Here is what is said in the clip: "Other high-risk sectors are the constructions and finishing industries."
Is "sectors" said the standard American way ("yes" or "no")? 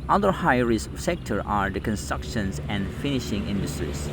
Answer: no